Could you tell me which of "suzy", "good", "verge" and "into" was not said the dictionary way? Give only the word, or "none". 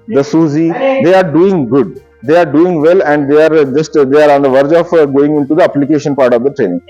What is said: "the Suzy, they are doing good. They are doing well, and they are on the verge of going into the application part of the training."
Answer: none